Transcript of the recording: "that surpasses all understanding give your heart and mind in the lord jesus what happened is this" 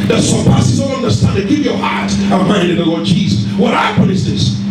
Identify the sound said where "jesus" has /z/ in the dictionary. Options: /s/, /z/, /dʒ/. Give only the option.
/z/